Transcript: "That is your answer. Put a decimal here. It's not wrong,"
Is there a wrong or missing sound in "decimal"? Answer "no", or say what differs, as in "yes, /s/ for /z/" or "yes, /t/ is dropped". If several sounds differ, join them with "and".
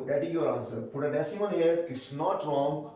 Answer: yes, /n/ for /l/